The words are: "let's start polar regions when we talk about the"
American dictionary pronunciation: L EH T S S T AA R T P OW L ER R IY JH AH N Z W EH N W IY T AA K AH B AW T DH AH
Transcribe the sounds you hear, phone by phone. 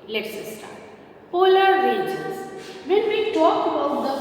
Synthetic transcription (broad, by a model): L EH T S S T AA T P OW L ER R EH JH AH Z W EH N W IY T AA K AH B AW T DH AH